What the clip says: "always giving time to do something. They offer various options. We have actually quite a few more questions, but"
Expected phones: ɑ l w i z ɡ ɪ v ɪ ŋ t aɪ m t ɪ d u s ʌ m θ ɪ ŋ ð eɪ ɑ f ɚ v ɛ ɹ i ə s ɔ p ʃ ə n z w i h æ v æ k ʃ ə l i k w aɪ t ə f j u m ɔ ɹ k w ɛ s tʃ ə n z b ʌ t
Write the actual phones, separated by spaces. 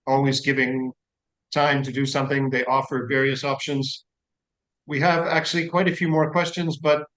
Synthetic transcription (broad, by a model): ɑ l w i z ɡ ɪ v ɪ ŋ t aɪ m t ɪ d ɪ s ʌ m θ ɪ ŋ ð eɪ ɑ f ɚ v ɛ ɹ i ə s ɔ p ʃ ə n z w i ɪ v æ k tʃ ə l i k w aɪ t ə f j u m ɔ ɹ k w ɛ s tʃ ə n z b ʌ t